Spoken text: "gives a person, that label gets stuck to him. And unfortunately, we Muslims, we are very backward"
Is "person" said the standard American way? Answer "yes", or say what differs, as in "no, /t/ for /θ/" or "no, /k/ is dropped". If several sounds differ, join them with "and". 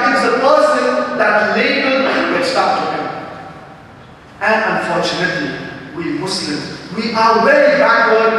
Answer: yes